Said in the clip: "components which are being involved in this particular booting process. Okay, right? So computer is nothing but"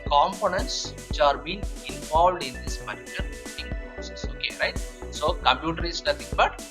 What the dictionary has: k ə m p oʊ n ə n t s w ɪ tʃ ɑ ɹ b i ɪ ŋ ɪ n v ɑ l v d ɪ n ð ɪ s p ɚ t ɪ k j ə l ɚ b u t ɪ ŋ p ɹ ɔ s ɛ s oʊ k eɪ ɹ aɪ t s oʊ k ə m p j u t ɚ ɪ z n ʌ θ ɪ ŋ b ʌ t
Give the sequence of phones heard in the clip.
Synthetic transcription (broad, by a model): k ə m p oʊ n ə n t s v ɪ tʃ ɑ ɹ b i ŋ ɪ n v ɑ l v d ɪ n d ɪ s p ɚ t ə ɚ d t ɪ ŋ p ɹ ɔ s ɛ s oʊ k eɪ ɹ aɪ t s oʊ k ə m p j u t ɚ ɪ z n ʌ t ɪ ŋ b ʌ t